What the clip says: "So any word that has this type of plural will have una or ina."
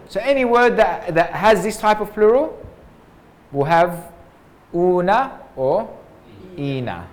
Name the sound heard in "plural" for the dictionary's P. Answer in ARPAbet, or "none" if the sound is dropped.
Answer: P